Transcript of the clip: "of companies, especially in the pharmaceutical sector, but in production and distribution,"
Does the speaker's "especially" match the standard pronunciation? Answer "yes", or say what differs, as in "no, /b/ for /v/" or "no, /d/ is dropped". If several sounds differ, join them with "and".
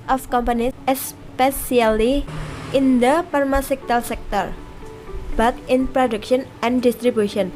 no, /s/ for /ʃ/